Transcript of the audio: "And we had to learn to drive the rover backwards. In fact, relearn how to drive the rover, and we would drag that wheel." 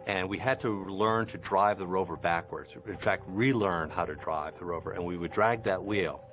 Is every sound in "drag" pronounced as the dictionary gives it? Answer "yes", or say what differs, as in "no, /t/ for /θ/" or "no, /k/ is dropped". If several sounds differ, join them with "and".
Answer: yes